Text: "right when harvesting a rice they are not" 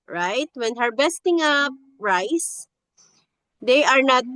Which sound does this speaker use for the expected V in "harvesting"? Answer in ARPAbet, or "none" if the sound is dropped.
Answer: B